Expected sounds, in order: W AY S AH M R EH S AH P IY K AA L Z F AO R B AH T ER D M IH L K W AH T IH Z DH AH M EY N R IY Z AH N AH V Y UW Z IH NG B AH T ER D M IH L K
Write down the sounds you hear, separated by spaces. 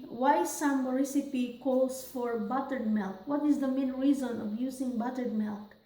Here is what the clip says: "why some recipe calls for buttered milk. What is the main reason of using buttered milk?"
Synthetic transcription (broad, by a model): W AY S AH M R EH S AH P IY K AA L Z F AO R B AH T ER D M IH L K W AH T IH Z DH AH M EY N R IY Z AH N AH V Y UW Z IH NG B AH T ER D M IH L K